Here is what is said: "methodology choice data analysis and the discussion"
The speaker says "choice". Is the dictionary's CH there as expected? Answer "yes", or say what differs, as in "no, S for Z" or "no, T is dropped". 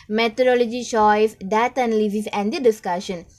no, SH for CH